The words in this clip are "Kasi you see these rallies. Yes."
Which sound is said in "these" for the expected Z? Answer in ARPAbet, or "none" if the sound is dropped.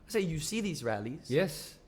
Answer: Z